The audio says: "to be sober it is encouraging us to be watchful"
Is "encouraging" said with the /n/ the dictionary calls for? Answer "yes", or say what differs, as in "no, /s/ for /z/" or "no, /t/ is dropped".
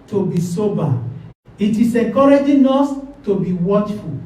no, /n/ is dropped